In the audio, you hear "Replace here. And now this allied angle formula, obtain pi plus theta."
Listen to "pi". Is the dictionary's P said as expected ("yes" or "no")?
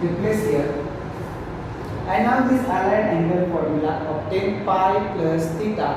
no